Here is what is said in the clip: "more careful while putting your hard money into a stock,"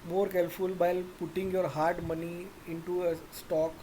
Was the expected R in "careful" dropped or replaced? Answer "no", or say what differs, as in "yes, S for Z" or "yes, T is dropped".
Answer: yes, L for R